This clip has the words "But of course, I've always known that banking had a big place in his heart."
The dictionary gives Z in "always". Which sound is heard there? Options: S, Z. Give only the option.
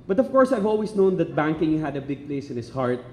S